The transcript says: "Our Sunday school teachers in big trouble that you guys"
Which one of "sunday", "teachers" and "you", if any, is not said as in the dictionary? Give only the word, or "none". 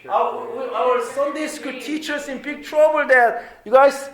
teachers